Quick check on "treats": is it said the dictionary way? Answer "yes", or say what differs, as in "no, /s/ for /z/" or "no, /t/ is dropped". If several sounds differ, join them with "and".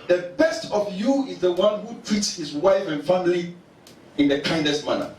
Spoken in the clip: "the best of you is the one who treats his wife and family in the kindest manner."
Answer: yes